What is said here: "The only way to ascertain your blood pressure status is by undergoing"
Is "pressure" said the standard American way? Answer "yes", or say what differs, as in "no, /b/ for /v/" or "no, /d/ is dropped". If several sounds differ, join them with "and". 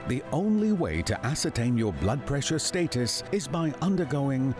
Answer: yes